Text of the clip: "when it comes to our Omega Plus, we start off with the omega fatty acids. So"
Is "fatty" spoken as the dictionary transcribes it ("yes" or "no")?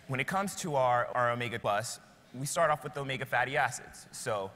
yes